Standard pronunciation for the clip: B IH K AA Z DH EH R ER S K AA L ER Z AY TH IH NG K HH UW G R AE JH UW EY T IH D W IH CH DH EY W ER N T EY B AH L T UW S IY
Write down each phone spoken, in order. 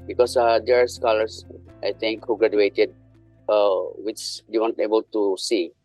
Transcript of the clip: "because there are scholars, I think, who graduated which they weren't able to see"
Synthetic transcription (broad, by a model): B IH K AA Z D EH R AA S K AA L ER S AY T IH NG K HH UW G R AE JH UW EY T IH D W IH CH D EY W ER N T EY B AH L T UW S IY